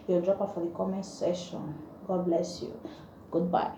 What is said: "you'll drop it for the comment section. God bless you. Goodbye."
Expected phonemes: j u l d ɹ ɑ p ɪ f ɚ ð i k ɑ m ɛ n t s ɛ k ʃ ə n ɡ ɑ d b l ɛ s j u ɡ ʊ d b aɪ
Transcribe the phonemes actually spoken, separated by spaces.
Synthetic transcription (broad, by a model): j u d ɹ ɑ p ɪ f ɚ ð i k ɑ m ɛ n s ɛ ʃ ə n ɡ ɑ d b l ɛ s j u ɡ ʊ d b aɪ